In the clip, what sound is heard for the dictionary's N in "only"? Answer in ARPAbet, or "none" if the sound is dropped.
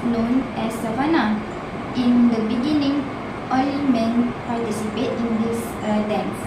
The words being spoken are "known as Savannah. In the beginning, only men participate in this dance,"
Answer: none